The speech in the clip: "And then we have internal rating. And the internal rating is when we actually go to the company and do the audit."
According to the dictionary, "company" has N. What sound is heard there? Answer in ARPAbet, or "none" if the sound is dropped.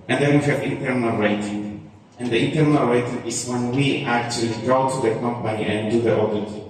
none